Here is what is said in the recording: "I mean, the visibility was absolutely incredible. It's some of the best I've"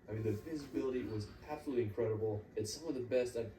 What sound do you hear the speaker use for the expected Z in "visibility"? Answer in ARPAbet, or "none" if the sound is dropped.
Z